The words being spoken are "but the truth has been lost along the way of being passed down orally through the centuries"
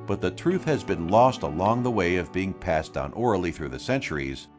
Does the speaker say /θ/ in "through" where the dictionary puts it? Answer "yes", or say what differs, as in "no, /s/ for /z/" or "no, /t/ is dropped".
yes